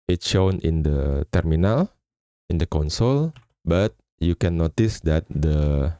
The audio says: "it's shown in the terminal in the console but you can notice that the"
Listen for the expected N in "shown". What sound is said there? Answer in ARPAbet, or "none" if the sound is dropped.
N